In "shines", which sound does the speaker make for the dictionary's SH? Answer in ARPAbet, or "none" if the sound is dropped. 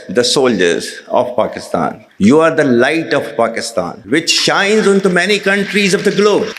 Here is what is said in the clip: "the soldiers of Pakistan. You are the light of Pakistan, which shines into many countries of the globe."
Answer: SH